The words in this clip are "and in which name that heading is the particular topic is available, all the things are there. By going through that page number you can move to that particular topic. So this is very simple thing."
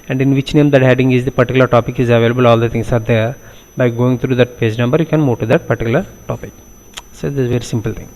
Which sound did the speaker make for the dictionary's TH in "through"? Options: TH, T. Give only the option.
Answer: T